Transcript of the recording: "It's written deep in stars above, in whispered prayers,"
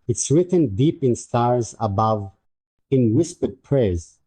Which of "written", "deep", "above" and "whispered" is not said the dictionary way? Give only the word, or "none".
none